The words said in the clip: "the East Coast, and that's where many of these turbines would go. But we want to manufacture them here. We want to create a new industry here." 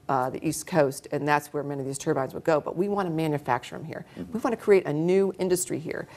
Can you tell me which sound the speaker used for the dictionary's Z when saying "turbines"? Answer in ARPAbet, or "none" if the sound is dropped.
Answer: Z